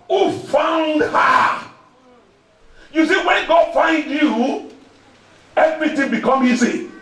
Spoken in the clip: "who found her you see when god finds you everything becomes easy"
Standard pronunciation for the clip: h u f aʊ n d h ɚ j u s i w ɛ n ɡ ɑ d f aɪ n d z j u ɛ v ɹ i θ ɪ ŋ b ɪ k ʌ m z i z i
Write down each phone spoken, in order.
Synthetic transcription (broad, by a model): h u f aʊ n d h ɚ j u s i w ɛ n ɡ ɑ d f aɪ n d j u ɛ v ɹ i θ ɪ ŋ b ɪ k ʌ m i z i